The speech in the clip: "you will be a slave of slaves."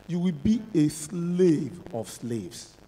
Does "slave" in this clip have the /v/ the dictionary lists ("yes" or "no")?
yes